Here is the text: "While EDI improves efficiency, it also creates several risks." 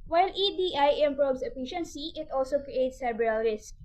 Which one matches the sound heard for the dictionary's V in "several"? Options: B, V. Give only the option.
B